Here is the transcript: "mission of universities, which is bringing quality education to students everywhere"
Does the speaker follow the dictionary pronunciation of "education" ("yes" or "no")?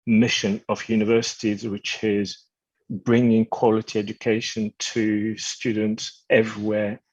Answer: yes